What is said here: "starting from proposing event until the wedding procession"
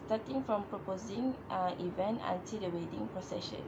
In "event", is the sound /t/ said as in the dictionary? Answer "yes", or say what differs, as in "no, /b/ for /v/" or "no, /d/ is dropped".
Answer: yes